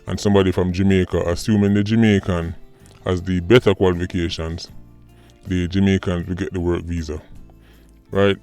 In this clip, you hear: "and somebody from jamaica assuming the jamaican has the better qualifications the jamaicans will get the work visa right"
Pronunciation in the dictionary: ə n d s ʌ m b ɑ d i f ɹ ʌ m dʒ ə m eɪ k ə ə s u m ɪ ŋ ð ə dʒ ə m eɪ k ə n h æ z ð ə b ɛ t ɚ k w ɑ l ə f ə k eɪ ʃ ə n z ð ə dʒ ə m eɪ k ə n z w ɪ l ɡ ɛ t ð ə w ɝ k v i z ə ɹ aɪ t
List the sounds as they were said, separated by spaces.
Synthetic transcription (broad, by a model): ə n s ʌ m b ɑ d i f ɹ ʌ m dʒ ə m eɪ k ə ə s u m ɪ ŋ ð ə dʒ ə m eɪ k ə n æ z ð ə b ɛ t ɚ k w ɑ l ə f ə k eɪ ʃ ə n z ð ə dʒ ə m eɪ k ə n z w ɪ l ɡ ɛ t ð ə w ɝ k v i z ə ɹ aɪ t